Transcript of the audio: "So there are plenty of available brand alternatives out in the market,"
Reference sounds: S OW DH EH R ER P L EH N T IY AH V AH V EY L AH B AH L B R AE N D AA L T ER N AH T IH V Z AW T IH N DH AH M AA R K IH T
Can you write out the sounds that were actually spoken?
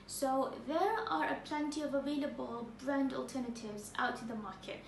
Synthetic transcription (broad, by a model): S OW DH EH R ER P L EH N T IY AH V AH V EY L AH B AH L B R AE N D AA L T ER N AH T IH V Z AW T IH DH AH M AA R K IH T